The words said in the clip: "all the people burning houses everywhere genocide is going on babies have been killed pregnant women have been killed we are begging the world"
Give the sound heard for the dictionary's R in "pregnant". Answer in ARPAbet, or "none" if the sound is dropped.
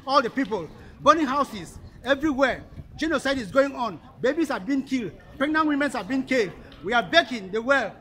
none